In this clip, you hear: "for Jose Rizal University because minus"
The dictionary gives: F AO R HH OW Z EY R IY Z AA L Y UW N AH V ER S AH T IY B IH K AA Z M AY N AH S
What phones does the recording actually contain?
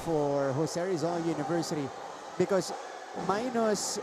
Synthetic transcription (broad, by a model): F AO R HH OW S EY R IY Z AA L Y UW N AH V ER S AH T IY B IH K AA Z M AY N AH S